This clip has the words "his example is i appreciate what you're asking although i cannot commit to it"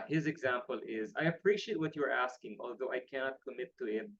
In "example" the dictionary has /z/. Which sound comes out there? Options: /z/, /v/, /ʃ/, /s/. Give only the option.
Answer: /z/